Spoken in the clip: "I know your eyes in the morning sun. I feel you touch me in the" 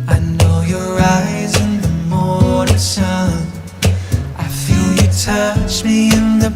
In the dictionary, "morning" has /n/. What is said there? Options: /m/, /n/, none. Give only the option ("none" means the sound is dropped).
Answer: none